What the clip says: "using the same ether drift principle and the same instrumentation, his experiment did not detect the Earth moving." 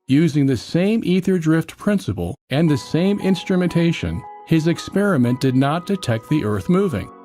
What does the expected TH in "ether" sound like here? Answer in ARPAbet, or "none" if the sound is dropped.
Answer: TH